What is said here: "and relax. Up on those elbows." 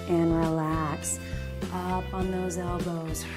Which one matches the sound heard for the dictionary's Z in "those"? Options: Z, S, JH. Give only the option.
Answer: Z